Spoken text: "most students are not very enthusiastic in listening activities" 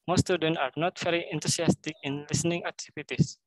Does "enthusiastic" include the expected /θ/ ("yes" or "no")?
no